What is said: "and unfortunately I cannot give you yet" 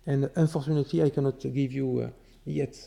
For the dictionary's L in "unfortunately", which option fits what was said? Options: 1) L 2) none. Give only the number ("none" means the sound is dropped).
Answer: 2